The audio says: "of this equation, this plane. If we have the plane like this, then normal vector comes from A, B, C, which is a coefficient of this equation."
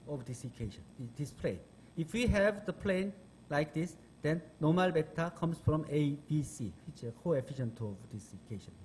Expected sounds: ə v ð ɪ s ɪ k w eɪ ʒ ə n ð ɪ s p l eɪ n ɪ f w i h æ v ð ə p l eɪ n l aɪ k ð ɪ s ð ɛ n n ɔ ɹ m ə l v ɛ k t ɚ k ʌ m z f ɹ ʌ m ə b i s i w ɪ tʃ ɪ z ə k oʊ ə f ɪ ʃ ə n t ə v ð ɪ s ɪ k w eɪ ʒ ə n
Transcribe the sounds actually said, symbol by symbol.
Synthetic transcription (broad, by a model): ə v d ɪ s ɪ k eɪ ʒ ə n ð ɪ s p l eɪ n ɪ f w i h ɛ v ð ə p l eɪ n l aɪ k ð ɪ s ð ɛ n n ɔ m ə l b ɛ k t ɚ k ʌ m s f ɹ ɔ m ə b i s i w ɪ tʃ ə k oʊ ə f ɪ ʃ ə n t ə v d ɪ s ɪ k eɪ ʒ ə n